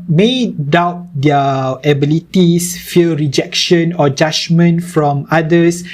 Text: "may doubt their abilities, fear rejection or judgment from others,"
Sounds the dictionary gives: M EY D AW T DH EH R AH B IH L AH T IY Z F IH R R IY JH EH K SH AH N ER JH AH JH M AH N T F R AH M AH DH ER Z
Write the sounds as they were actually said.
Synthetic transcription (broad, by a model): M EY D AW T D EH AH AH B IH L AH T IY S F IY L R IY JH EH K SH AH N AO JH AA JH M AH N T F R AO M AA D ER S